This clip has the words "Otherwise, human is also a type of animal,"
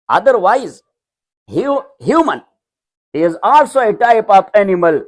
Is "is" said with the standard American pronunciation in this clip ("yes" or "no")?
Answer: yes